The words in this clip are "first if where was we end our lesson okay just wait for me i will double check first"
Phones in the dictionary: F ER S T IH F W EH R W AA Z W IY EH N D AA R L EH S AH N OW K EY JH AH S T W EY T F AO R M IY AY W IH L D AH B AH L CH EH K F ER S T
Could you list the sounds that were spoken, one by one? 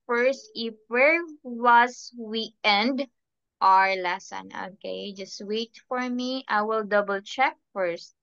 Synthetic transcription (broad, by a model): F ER S T IH F W EH R W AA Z W IY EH N D AA R L EH S AH N OW K EY JH AH S T W EY T F AO R M IY AY W IH L D AH B AH L CH EH K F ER S T